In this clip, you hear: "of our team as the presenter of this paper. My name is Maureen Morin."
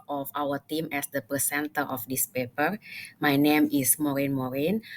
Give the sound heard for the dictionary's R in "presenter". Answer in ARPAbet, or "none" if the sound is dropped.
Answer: none